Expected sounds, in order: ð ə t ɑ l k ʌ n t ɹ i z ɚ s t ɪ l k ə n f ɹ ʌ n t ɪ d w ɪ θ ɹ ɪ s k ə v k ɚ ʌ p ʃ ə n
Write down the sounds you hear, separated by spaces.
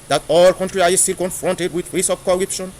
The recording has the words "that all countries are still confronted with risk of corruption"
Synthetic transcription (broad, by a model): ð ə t ɑ l k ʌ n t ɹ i ɑ s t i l k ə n f ɹ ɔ n t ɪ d w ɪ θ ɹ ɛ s ə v k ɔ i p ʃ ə n